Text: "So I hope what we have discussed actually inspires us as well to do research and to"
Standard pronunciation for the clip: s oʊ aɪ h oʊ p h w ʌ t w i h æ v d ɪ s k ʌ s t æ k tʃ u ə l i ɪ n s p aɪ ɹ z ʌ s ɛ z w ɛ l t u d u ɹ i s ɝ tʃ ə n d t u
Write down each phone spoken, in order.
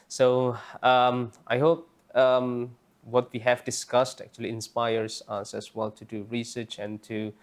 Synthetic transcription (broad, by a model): s oʊ aɪ h oʊ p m w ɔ t w i h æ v d ɪ s k ʌ s t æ k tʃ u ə l i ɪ n s p aɪ ɹ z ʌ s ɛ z w ɛ l t u d u ɹ i s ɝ tʃ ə n t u